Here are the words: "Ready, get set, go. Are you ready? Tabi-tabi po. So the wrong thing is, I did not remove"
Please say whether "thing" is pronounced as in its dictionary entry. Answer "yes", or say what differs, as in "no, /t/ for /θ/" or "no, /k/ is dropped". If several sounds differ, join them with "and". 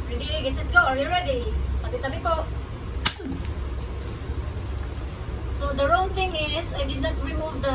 no, /t/ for /θ/